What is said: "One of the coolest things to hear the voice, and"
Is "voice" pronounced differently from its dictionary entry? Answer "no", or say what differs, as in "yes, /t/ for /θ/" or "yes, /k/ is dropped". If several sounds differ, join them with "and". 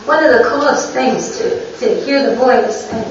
yes, /s/ is dropped